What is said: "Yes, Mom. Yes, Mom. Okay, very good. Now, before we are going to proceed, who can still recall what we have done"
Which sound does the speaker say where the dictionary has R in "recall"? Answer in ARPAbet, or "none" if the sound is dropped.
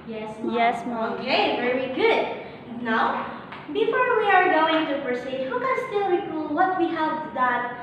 W